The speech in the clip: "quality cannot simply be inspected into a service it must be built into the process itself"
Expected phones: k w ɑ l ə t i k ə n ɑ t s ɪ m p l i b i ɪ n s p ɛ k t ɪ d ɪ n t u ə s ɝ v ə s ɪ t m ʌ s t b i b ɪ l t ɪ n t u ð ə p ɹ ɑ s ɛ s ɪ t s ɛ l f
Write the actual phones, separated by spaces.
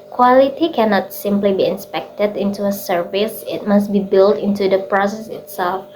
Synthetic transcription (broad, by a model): k w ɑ l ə t i k ə n ɑ t s ɪ m p l i b i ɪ n s p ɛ k t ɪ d ɪ n t u ə s ɝ v ə s ɪ t m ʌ s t b i b ɪ l t ɪ n t u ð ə p ɹ ɑ s ɛ s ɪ t s ɛ l f